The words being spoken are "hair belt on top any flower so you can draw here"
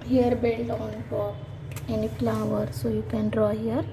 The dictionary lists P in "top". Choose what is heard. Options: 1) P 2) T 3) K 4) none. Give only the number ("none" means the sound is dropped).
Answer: 4